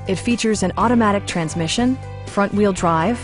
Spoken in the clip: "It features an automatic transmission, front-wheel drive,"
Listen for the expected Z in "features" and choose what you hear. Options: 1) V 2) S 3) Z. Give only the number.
3